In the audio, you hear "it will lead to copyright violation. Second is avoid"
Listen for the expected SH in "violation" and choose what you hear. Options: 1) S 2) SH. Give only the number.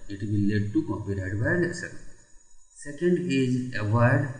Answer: 1